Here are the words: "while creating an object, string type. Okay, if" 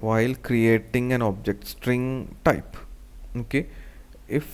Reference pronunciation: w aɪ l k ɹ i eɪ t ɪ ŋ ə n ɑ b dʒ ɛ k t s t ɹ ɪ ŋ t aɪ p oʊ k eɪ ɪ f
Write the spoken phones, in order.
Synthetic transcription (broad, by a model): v aɪ l k ɹ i eɪ t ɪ ŋ ə n ɑ b dʒ ɛ k t s t ɹ ɪ ŋ t aɪ p oʊ k eɪ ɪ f